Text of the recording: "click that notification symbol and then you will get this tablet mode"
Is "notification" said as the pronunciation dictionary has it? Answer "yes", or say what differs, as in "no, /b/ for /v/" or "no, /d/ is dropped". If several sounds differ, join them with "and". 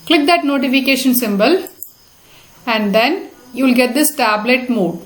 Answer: yes